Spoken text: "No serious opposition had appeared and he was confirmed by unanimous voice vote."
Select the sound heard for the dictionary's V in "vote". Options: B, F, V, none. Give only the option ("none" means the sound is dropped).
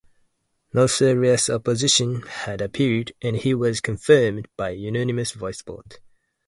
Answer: B